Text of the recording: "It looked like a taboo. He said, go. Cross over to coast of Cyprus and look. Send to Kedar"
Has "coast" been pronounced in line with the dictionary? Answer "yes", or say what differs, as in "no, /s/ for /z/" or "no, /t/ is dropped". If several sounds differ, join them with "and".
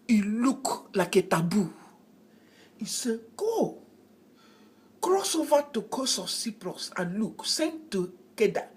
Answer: no, /t/ is dropped